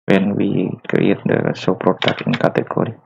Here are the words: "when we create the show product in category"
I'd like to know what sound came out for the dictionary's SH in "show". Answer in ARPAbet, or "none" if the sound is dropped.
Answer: S